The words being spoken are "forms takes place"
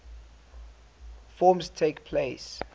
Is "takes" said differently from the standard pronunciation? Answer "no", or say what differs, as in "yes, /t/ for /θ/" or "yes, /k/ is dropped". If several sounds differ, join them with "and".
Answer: yes, /s/ is dropped